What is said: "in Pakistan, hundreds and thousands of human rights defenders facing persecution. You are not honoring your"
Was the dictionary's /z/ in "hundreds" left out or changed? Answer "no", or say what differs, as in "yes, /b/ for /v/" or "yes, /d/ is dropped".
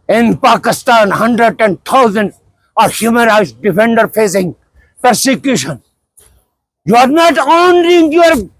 yes, /z/ is dropped